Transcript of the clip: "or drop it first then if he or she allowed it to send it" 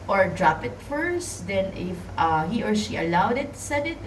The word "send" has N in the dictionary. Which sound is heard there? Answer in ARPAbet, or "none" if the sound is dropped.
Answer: none